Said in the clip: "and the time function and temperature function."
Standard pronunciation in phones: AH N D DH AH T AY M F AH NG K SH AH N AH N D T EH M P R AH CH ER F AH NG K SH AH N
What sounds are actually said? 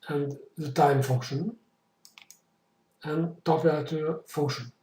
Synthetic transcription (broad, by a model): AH N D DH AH T AY M F AH NG K SH AH N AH N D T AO P AH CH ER F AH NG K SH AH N